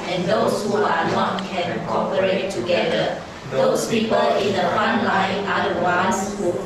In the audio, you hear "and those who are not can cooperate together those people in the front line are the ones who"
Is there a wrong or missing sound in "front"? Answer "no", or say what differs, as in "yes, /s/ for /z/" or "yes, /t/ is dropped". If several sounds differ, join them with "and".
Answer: yes, /ɹ/ is dropped